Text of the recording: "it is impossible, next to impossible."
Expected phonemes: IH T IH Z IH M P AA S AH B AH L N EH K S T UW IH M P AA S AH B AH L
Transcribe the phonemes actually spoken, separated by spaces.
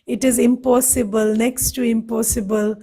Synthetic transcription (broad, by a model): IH T IH Z IH M P AA S AH B AH L N EH K S T UW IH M P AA S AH B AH L